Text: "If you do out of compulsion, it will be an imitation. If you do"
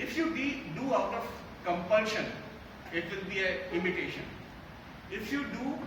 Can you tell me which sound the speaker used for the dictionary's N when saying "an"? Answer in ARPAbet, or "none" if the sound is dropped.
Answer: L